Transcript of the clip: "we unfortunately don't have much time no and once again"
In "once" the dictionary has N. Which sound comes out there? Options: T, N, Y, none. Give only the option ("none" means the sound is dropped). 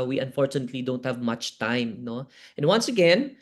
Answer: N